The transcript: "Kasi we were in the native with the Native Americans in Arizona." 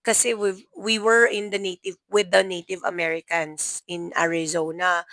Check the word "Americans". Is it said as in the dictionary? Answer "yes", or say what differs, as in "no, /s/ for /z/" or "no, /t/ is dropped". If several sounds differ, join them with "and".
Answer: no, /s/ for /z/